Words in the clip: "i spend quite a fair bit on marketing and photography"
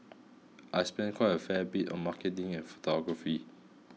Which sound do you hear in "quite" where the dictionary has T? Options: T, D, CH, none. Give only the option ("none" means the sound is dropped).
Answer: none